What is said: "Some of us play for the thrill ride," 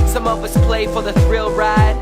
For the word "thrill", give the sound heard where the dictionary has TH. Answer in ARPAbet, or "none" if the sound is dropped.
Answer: TH